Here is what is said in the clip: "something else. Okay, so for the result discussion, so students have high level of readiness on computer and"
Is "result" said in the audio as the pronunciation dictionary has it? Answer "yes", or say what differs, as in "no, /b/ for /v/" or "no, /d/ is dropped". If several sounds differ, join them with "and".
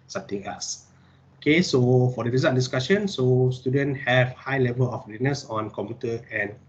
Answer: no, /l/ is dropped